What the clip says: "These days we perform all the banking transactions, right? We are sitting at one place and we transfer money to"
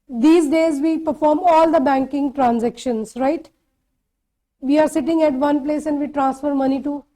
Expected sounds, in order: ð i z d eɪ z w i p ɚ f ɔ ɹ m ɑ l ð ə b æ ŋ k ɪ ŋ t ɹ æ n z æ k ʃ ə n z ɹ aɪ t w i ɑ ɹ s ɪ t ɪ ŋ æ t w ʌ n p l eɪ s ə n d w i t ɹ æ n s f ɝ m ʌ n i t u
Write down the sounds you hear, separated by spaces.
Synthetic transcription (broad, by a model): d i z d eɪ z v i p ɚ f ɔ ɹ m ɑ l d ə b æ ŋ k ɪ ŋ t ɹ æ n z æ k ʃ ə n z ɹ aɪ t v i ɑ ɹ s ɪ t ɪ ŋ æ t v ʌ n p l eɪ s ə n d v i t ɹ æ n s f ɝ m ʌ n i t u